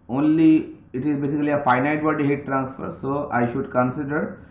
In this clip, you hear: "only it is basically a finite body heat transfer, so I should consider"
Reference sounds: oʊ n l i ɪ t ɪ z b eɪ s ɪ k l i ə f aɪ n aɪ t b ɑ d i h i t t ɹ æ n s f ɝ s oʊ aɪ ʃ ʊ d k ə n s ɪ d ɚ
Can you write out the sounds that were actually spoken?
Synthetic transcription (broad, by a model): oʊ n l i ɪ t ɪ z b eɪ s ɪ k l i ə f aɪ n aɪ t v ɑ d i h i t t ɹ æ n s f ɝ s oʊ aɪ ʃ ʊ d k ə n s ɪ d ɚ